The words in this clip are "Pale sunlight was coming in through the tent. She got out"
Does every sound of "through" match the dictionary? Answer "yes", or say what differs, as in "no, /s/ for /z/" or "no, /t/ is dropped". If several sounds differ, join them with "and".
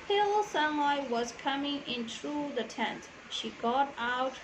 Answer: no, /t/ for /θ/